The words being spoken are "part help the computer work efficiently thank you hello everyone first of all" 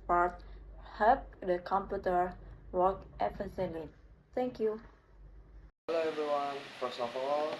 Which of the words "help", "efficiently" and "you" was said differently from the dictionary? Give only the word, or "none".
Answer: efficiently